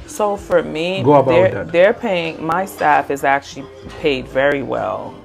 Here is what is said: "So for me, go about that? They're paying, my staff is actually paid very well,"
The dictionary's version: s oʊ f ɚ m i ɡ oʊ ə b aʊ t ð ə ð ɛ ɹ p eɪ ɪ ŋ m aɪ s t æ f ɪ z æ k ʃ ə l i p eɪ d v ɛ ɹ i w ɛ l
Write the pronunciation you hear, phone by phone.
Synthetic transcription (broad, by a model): s oʊ f ɚ m i ɡ oʊ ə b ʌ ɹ ð ə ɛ ɹ p eɪ ɪ ŋ m aɪ s t æ f ɪ z æ k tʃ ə l i p eɪ d v ɛ ɹ i w ɛ l